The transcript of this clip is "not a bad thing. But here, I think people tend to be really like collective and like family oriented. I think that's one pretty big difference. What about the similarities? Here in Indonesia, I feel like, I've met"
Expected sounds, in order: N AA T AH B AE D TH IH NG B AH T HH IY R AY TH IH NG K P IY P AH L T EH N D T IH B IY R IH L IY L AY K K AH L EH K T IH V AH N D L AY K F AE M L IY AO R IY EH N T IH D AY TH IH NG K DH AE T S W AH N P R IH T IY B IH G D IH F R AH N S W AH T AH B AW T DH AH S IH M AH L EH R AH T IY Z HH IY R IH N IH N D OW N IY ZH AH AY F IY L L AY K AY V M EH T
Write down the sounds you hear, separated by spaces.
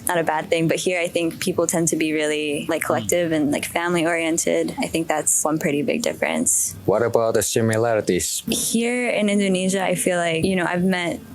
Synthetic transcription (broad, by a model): N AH T AH B AE D TH IH NG B AH T HH IY R AY TH IH NG K P IY P L T EH N D T IH B IY R IH L IY L AY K K AH L EH K T IH V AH N L AY K F AE M L IY AO R IY EH N T IH D AY TH IH NG K DH AE T S W AH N P R IH T IY B IH G D IH F R AH N S W AH T AH B AW T DH AH S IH M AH L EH R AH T IY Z HH IY R IH N IH N D OW N IY ZH AH AY F IY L L AY K AY V M EH T